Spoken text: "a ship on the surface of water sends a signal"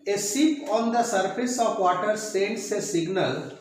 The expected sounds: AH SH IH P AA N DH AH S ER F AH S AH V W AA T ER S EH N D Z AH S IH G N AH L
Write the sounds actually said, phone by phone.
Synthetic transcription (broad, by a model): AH S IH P AA N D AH S ER F AH S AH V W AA T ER S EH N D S AH S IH G N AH L